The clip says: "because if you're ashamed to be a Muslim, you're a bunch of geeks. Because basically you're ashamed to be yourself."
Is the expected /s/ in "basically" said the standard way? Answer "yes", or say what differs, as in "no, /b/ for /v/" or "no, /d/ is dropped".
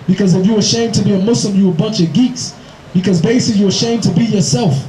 no, /s/ is dropped